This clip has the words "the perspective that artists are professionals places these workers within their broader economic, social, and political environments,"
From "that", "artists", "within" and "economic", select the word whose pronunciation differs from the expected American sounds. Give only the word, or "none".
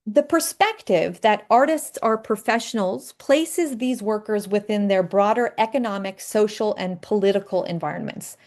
none